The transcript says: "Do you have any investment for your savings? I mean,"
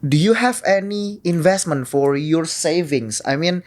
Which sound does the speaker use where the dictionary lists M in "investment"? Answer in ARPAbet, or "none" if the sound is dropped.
M